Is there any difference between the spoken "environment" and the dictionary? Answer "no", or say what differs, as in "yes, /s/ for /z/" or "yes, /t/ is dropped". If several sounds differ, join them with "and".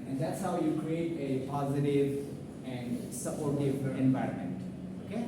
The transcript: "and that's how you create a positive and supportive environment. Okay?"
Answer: no